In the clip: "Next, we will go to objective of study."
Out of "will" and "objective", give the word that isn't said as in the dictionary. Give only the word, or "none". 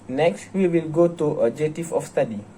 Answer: objective